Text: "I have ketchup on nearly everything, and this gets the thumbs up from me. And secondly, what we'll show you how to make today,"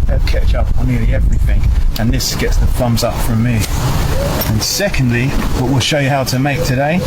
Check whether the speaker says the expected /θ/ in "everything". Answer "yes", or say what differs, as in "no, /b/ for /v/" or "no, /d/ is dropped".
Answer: yes